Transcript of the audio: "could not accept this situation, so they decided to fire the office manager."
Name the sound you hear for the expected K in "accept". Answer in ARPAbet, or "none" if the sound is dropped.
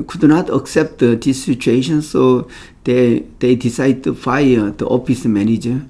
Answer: K